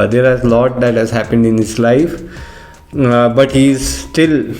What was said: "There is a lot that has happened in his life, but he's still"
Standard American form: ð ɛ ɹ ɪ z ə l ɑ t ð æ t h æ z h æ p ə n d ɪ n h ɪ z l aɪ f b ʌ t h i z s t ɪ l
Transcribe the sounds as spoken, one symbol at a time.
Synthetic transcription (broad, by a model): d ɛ ɹ ɪ z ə l ɑ t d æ t h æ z h æ p ə n d ɪ n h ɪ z l aɪ f b ʌ t h i z s t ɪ l